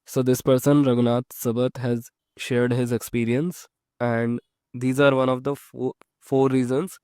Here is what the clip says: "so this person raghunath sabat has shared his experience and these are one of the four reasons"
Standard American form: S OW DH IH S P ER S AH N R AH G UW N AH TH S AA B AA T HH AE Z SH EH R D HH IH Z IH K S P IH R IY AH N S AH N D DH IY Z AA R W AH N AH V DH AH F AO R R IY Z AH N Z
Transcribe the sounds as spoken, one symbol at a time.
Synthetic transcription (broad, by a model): S OW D IH S P ER S AH N R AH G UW N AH T S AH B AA T HH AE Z SH EH R D HH IH Z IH K S P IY R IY AH N S AH N D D IY Z AA R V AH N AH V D AH F AO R R IY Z AH N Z